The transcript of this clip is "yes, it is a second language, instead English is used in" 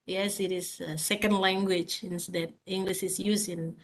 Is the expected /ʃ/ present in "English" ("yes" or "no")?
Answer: yes